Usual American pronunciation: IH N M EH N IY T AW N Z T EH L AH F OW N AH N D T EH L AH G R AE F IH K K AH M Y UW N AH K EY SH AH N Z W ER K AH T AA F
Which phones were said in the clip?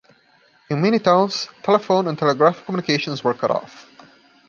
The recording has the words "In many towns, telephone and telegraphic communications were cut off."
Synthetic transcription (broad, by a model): IH N M EH N IY T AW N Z T EH L AH F OW N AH N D T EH L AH G R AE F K K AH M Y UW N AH K EY SH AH N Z W ER K AH T AA F